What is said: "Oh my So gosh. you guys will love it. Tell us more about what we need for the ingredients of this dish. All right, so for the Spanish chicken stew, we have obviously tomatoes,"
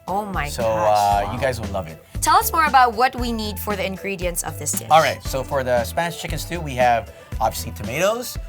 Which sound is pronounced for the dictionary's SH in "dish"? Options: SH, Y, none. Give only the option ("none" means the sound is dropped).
none